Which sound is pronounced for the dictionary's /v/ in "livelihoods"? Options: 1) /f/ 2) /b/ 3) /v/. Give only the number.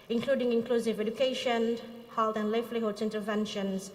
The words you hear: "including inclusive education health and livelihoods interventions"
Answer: 1